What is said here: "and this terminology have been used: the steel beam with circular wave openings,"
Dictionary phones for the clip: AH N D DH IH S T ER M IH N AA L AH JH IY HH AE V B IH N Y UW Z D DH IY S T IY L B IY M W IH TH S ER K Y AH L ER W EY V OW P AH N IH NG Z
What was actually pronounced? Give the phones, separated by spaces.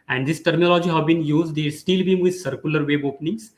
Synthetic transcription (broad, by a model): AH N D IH S T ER M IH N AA L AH JH IY HH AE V B IH N Y UW Z D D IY S T IY L B IY M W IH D S ER K Y AH L ER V EY B OW P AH N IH NG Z